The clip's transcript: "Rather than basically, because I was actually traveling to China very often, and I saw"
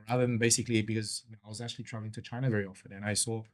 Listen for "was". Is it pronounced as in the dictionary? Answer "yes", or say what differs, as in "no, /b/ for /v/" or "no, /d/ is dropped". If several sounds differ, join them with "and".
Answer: yes